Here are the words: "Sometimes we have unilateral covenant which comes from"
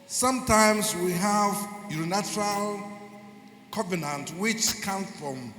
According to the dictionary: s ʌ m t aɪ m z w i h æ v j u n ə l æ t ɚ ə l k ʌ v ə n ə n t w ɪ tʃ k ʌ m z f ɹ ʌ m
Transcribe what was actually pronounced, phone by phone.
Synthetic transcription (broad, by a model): s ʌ m t aɪ m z w i h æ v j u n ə n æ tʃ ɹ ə l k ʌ v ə n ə n t w ɪ tʃ k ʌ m f ɹ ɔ m